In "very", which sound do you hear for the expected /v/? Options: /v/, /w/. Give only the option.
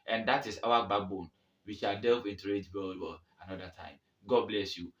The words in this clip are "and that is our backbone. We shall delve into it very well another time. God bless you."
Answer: /w/